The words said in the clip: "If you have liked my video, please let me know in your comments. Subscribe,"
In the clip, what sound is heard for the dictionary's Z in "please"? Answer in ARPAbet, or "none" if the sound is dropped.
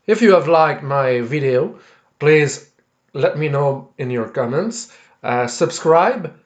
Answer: Z